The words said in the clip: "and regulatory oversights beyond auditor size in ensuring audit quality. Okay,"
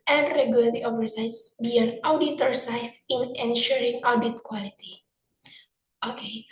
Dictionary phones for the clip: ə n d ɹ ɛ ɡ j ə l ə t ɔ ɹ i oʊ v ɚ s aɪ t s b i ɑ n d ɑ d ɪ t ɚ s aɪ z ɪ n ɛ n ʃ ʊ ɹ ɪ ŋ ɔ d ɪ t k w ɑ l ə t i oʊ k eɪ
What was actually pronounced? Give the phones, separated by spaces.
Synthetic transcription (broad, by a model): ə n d ɹ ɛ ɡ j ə l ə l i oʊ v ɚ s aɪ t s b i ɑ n ɑ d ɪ t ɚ s aɪ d ɪ n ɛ n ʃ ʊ ɹ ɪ ŋ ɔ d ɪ t k w ɑ l ə t i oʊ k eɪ